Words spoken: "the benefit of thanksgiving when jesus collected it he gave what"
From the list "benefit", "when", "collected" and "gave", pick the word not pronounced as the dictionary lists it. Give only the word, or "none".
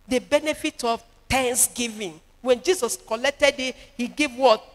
none